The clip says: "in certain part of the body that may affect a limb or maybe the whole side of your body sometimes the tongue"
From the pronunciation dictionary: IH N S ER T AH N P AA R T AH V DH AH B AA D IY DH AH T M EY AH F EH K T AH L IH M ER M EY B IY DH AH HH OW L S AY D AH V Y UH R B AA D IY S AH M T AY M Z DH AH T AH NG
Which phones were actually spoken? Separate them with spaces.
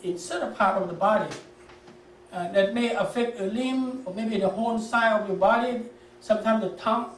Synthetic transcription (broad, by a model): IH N S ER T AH P AA R T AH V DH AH B AA D IY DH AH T M EY AH F EH K T AH L IH M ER M EY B IY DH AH HH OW N S AY AH V Y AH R B AA D IY S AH M T AY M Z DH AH T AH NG